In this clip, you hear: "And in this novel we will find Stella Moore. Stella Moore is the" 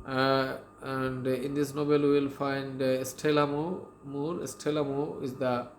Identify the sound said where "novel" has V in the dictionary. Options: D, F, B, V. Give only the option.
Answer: B